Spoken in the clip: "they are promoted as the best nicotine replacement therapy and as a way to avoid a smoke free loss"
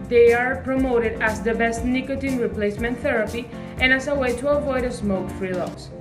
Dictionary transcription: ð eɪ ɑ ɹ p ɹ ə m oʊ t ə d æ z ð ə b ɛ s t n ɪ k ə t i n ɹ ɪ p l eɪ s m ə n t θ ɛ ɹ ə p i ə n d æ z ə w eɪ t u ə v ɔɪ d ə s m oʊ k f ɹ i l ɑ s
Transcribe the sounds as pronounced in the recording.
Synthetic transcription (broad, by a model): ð eɪ ɑ ɹ p ɹ ə m oʊ t ə d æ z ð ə b ɛ s t n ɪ k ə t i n ɹ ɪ p l eɪ s m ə n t θ ɛ ɹ ə p i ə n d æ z ə w eɪ t u ə v ɔɪ d ə s m oʊ k f ɹ i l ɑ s